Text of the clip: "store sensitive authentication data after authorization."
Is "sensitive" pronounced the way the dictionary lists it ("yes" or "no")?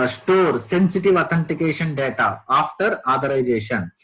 yes